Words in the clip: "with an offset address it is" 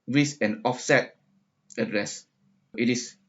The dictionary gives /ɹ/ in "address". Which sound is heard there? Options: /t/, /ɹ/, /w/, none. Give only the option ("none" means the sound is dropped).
/ɹ/